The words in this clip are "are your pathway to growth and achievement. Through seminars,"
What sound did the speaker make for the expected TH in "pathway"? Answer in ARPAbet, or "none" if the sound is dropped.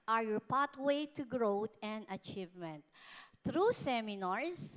T